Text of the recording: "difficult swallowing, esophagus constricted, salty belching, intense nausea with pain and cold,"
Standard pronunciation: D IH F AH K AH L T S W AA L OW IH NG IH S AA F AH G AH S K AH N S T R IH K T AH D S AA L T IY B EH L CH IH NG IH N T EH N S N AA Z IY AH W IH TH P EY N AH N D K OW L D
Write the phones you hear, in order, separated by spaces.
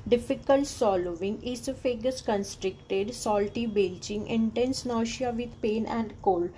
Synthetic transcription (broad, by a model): D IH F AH K AH L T S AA L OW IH NG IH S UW F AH G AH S K AH N S T R IH K T AH D S AA L T IY B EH L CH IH NG IH N T EH N S N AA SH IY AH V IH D P EY N AH N D K OW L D